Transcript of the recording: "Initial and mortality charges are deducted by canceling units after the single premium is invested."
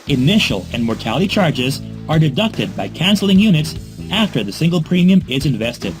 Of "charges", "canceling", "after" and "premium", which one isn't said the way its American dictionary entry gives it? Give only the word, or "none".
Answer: none